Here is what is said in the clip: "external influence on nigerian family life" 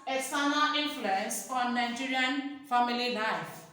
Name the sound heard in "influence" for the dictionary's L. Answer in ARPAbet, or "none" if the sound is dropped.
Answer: L